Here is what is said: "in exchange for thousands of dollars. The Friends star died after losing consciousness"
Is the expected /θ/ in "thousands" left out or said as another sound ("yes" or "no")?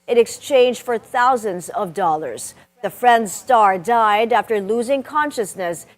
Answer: no